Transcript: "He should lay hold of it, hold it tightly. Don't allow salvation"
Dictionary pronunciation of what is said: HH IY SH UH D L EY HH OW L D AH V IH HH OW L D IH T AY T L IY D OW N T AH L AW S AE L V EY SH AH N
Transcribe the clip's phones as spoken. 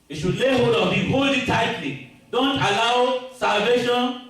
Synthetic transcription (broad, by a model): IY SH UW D L EY HH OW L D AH B IH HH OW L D IH T AY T L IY D OW N T AH L AW S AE L V EY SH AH N